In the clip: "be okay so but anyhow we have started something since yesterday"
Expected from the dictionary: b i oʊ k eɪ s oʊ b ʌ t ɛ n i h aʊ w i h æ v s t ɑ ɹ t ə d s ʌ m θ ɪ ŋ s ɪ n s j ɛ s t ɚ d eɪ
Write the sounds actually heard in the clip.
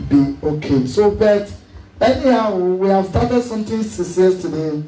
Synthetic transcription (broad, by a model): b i oʊ k eɪ s oʊ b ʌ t ɛ n i h aʊ w i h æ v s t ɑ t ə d s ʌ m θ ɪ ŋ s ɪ s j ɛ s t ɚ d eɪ